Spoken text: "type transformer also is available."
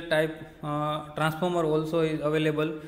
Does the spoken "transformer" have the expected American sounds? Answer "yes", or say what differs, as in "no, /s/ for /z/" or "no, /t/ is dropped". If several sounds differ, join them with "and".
no, /p/ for /f/